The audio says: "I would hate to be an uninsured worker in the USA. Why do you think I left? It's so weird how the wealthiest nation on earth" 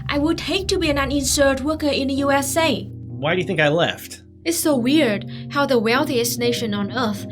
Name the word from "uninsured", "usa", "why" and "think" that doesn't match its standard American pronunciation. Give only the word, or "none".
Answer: uninsured